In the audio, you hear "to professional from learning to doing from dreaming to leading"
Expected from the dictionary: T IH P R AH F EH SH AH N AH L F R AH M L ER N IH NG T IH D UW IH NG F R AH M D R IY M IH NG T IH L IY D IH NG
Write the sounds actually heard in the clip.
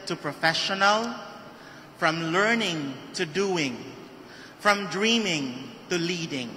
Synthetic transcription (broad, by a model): T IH P R AH F EH SH AH N AH L F R AH M L ER N IH NG T IH D UW IH NG F R AH M D R IY M IH NG T IH L IY D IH NG